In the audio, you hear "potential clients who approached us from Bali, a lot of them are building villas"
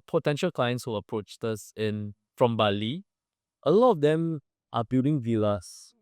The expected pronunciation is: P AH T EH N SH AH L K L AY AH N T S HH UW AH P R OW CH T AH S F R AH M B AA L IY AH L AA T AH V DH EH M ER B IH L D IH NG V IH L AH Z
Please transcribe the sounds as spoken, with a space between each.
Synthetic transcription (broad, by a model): P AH T EH N SH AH L K L AY AH N T S HH UW AH P R OW CH T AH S F R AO M B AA L IY AH L AA T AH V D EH M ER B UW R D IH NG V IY L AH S